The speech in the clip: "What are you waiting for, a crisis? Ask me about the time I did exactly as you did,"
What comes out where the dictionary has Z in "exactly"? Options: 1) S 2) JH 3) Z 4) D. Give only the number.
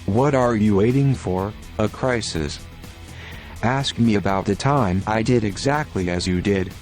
3